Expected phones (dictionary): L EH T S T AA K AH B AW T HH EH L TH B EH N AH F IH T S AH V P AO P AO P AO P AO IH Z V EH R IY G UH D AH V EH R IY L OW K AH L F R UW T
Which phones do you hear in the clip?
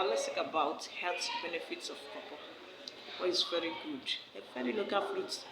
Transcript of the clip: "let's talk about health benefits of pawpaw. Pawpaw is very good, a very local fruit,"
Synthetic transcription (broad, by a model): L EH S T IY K AH B AW T HH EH L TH B EH N AH F IH T S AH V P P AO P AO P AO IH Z V EH R IY G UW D AH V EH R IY L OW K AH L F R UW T